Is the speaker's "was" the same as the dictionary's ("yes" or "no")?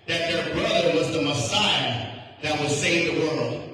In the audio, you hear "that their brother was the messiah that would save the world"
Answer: yes